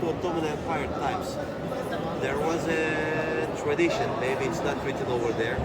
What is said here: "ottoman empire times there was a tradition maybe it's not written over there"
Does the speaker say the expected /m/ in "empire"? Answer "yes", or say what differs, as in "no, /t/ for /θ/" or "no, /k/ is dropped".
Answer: no, /m/ is dropped